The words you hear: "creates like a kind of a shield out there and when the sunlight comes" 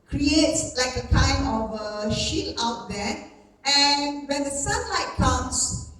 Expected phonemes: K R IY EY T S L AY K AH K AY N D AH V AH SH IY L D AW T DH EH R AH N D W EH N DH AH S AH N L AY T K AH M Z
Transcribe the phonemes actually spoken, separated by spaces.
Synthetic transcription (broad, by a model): K R IY EY T S L AY K AH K AY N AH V AH SH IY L AW T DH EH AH N W EH N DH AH S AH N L AY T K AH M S